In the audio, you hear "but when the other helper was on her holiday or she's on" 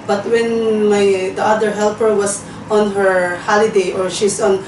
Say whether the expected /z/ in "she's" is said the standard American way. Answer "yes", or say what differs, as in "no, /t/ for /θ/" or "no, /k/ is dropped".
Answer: no, /s/ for /z/